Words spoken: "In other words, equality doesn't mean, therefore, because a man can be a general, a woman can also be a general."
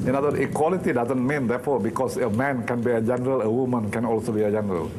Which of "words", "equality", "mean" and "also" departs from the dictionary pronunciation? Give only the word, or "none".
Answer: words